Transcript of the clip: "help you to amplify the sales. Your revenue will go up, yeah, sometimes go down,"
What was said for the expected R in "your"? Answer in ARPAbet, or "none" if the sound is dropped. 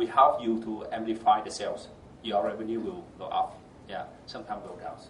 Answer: L